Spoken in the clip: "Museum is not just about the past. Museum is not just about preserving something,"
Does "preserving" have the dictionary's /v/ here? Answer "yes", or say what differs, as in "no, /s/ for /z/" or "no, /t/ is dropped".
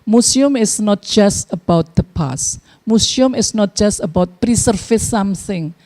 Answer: no, /f/ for /v/